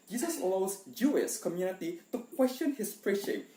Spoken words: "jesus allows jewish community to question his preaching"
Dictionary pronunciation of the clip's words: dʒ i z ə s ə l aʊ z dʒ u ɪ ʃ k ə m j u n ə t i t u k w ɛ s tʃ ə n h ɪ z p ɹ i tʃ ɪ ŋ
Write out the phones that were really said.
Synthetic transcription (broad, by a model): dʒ i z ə s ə l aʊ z dʒ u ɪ s k ə m j u n ə t i t u k w ɛ s tʃ ə n h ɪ s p ɹ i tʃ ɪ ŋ